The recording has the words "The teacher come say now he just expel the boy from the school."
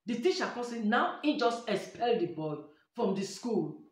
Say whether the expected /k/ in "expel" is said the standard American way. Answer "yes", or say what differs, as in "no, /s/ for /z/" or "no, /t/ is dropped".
no, /k/ is dropped